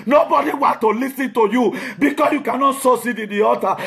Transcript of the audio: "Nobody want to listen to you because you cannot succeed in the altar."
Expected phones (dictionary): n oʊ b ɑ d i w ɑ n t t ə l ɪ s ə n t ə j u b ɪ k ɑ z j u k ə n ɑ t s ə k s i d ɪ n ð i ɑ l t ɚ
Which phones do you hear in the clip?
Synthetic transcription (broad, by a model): n oʊ b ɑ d i w ɑ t t ə l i s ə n t ə j u b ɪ k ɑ s j u k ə n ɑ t s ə s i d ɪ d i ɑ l t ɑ